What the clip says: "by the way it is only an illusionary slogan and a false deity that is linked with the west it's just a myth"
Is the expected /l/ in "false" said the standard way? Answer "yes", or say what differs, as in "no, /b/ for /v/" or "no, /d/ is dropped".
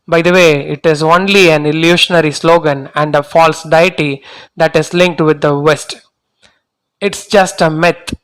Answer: yes